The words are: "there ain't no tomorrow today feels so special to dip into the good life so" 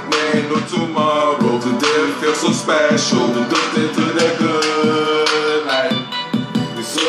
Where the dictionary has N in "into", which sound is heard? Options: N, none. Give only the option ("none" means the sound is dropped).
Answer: none